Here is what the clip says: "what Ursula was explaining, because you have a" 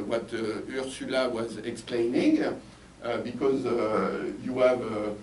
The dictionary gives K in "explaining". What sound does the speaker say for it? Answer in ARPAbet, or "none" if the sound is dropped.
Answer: K